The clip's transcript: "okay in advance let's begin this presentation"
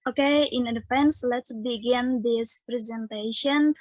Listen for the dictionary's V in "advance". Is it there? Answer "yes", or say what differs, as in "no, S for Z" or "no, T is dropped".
no, F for V